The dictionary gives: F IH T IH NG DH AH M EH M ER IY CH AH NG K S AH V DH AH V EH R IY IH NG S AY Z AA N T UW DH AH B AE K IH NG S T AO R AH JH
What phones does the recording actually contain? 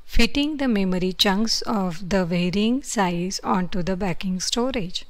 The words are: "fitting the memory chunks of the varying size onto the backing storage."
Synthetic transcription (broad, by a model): F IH T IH NG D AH M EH M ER IY CH AH NG K S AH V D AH V EH R IY IH NG S AY Z AA N T UW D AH B AE K IH NG S T AO R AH JH